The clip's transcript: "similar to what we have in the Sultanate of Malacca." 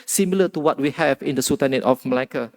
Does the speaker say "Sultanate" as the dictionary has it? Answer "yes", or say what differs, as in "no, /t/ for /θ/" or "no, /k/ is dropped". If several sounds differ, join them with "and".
no, /l/ is dropped